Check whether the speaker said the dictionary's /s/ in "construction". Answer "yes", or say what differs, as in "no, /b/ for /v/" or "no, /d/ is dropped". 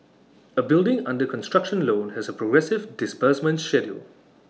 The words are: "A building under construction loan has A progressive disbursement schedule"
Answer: yes